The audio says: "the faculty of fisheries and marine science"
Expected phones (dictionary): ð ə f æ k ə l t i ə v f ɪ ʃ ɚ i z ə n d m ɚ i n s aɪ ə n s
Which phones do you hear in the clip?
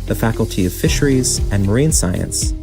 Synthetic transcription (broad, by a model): ð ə f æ k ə l t i ə v f ɪ ʃ ɚ i z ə n m ɚ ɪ n s aɪ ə n s